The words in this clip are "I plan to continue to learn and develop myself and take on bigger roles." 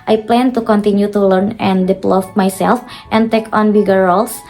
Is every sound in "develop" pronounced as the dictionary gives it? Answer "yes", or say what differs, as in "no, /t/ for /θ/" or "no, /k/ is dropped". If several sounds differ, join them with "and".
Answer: no, /f/ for /p/